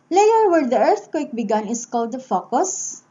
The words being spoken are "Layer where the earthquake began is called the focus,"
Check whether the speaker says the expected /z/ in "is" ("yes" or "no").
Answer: no